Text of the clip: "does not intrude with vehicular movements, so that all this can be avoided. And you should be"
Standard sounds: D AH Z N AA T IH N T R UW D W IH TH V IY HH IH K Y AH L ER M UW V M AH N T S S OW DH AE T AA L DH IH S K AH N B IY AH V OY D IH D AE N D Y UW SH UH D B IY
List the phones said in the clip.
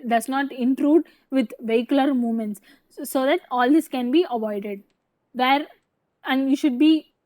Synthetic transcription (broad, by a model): D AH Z N AA T IH N T R UW D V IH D V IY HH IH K Y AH L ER M UW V M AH N T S S OW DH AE T AA L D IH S K AH N B IY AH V OY D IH D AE N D Y UW SH UH D B IY